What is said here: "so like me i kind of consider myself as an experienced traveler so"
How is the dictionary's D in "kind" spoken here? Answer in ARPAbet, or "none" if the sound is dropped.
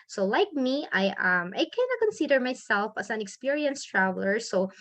none